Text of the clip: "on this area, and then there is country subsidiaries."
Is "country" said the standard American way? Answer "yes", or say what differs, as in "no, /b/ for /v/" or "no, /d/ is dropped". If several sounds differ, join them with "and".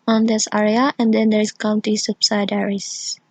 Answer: no, /ɹ/ is dropped